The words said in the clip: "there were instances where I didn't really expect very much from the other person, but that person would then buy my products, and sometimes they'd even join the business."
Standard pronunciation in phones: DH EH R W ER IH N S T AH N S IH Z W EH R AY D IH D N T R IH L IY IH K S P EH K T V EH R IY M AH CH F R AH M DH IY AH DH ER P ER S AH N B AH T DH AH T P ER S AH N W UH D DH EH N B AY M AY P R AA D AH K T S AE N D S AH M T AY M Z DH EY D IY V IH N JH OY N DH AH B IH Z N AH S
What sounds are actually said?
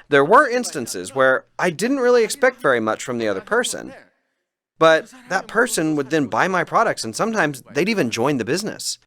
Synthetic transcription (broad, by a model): DH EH R W ER IH N S T AH N S IH Z W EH R AY D IH D N T R IH L IY IH K S P EH K T V EH R IY M AH CH F R AH M DH IY AH DH ER P ER S AH N B AH T DH AH T P ER S AH N W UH D DH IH N B AY M AY P R AA D AH K T S N S AH M T AY M Z DH EY D IY V IH N JH OY N DH AH B IH Z N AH S